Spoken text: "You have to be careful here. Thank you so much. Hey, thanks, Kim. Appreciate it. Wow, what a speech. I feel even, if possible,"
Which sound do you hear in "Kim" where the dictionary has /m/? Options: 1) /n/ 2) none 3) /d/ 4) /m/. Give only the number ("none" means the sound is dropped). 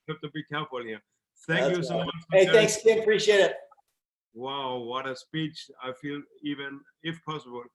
2